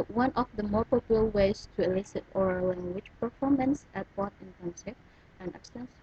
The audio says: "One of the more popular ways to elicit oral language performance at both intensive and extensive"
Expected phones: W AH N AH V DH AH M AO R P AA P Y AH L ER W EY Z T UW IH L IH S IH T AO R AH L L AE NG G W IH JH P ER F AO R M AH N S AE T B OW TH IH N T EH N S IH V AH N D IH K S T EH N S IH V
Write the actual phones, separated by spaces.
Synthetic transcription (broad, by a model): W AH N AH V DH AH M AO R P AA P Y L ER W EY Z T UW IH L IH S IH T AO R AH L L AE NG G W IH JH P ER F AO R M AH N S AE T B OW T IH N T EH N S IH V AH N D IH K S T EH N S